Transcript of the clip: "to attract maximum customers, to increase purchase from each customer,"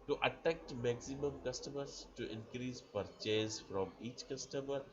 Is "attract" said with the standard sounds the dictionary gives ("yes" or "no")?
no